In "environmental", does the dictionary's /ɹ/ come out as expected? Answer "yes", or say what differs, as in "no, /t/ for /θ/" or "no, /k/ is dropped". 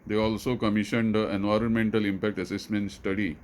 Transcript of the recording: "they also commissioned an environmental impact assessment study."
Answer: yes